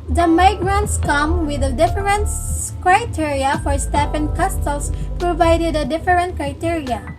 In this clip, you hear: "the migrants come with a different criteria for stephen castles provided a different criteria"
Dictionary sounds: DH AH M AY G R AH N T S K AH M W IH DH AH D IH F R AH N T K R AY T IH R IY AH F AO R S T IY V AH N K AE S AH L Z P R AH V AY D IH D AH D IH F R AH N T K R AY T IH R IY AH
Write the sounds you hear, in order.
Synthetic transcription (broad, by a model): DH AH M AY G R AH N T S K AH M W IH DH AH D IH F R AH N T K R AY T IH R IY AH F AO R S T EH P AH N K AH S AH L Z P R AH V AY D IH D AH D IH F R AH N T K R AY T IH R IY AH